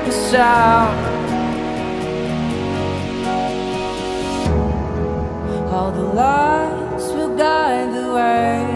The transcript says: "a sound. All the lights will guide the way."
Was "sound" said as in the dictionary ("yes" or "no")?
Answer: no